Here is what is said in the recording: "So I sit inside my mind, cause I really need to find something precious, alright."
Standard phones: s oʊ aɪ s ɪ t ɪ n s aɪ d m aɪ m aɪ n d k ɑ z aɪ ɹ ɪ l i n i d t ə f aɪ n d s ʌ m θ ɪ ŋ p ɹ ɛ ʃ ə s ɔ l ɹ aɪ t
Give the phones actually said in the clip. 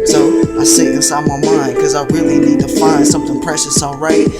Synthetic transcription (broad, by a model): s oʊ aɪ s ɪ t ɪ s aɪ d m aɪ m aɪ n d k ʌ z aɪ ɹ ɪ l i n i d t ə f aɪ n d s ʌ m θ ɪ ŋ p ɹ ɛ ʃ ə s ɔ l ɹ aɪ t